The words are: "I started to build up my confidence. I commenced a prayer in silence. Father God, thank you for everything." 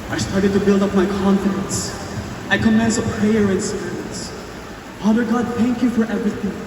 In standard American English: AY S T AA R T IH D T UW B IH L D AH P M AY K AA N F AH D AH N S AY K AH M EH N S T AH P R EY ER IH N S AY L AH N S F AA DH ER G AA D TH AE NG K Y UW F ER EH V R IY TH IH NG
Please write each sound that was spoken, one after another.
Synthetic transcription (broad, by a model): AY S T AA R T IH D T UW B IH L D AH P M AY K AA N F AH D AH N S AY K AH M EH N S AH P R EY ER IH N S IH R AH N S F AA DH ER G AA D TH AE NG K Y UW F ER EH V R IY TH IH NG